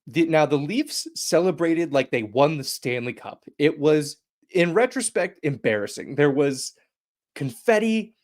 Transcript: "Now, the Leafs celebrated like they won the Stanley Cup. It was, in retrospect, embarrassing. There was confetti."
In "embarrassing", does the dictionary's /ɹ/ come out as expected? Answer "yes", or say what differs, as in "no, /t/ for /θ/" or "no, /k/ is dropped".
yes